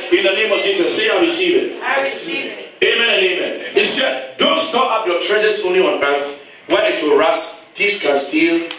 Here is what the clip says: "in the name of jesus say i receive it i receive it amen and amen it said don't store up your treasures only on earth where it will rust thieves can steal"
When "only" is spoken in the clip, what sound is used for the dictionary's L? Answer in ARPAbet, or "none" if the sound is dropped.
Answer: none